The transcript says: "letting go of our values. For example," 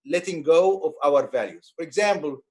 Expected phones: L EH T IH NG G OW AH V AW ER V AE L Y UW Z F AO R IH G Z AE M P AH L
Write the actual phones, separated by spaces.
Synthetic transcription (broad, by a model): L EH T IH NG G OW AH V AW ER V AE L Y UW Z F AO R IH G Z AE M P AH L